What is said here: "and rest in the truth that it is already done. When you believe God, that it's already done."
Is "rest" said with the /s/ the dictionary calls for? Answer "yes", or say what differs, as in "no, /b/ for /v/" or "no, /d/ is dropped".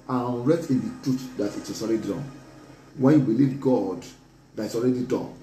no, /s/ is dropped